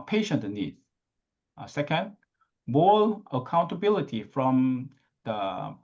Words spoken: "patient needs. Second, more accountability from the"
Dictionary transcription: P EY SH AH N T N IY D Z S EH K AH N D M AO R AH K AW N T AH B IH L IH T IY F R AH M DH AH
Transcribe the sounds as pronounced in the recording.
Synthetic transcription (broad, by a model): P EY SH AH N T N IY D S EH K AH N D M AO L AH K AW N T AH B IH L IH T IY F R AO M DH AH